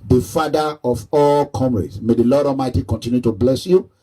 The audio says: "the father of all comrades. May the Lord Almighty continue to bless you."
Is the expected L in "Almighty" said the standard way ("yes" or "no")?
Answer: no